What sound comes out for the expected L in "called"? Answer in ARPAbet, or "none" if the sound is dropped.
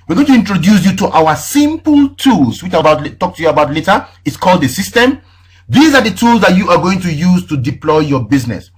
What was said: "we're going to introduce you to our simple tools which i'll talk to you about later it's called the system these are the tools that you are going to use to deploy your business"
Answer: L